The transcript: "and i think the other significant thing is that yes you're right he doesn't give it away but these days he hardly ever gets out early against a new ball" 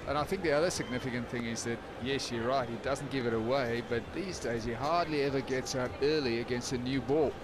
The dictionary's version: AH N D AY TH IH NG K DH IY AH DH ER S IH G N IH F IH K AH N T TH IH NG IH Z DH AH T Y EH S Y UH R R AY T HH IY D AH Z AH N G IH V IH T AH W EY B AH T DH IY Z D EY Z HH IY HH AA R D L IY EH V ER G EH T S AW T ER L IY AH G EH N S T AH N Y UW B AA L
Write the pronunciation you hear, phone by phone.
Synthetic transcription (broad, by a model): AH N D AY TH IH NG K DH IY AH DH ER S IH G N IH F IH K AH N TH IH NG IH Z DH AH T Y EH S Y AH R R AY T HH IY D AH Z N G IH V IH T AH W EY B AH T DH IY Z D EY Z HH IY HH AA R D L IY EH V ER G EH T S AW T ER L IY AH G EH N S T AH N Y UW B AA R